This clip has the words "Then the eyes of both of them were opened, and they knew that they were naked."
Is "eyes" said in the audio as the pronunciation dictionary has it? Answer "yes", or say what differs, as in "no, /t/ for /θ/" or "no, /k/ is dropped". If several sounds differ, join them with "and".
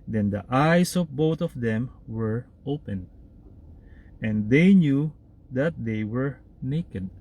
no, /s/ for /z/